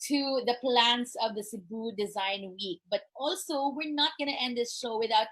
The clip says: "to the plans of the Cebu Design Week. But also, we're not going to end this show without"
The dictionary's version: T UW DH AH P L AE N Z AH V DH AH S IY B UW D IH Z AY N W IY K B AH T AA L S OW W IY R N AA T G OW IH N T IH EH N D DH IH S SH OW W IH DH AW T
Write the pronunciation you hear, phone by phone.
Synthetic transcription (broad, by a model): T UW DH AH P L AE N S AH V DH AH S IY B UW D IH Z AY N W IY K B AH T AA L S OW W IY R N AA T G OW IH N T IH EH N D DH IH S SH OW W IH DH AW T